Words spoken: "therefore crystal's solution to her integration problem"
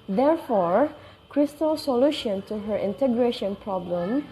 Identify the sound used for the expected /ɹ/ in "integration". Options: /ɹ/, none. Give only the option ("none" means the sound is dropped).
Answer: /ɹ/